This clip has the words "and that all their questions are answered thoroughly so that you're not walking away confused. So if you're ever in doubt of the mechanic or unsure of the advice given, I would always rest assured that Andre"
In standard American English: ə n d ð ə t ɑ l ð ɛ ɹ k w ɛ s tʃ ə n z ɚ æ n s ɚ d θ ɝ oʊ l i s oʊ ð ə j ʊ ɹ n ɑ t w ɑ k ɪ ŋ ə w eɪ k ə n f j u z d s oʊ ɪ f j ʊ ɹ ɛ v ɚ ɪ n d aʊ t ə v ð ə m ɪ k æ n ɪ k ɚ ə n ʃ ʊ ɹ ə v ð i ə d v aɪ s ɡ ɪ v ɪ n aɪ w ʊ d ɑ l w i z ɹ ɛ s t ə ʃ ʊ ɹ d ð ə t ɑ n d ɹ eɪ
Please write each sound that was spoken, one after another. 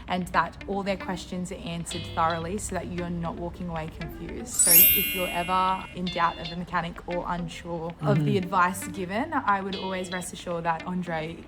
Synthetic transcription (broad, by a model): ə n ð ə t ɑ l ð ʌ ɹ k w ɛ s tʃ ə n z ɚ æ n s ɚ d θ ɝ oʊ l i s oʊ ð ə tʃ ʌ ɹ n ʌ t w ɑ k ɪ ŋ ə w eɪ k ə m f j u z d s oʊ ɪ f j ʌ ɹ ɛ v ɚ ɪ n d aʊ t ə v ð ə m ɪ k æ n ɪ k ɚ ə n ʃ ʊ ɹ ə v ð i ə d v aɪ s ɡ ɪ v ɪ n aɪ w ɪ d ɑ l w i z ɹ ɛ s t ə ʃ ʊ ɹ ð ə t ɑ n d ɹ eɪ